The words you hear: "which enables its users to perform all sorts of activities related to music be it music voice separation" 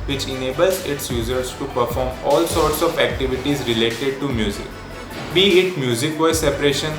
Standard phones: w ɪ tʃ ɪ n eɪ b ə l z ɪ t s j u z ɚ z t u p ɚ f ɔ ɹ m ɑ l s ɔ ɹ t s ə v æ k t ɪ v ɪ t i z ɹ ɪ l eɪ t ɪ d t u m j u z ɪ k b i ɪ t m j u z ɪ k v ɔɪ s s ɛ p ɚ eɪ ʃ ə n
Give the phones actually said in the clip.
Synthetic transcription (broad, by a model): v ɪ tʃ ɪ n eɪ b ə l z ɪ t s j u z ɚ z t u p ɚ f ɔ ɹ m ɑ l s ɔ ɹ t s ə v æ k t ɪ v ɪ t i z ɹ ɪ l eɪ t ɪ d t u m j u z ɪ k b i ɪ t m j u z ɪ k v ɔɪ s s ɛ p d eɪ ʃ ə n